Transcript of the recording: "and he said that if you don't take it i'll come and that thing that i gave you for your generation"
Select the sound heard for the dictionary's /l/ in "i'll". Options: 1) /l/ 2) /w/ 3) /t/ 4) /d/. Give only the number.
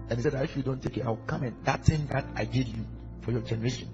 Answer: 2